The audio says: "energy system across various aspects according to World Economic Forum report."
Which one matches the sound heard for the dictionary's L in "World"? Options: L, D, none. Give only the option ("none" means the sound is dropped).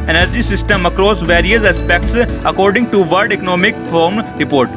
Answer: none